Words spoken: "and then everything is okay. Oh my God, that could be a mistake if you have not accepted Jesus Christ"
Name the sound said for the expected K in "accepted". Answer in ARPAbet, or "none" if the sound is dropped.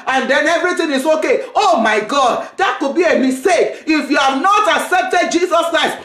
K